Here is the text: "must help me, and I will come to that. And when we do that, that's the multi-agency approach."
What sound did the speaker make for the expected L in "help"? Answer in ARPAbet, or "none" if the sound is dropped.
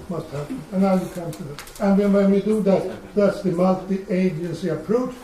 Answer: none